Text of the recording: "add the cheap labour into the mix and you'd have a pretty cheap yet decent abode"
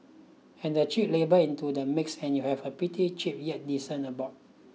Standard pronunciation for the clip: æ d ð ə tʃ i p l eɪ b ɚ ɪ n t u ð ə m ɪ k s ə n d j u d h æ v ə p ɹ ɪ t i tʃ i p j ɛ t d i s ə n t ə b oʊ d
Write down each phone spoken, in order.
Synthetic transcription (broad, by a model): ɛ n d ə tʃ i p l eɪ b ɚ ɪ n t u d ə m ɪ k s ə n j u h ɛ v ə p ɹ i t i tʃ i p j ɛ t d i s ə n ə b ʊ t